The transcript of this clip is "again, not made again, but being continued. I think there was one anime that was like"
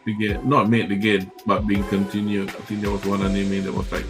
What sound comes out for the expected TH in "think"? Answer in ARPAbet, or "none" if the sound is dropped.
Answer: T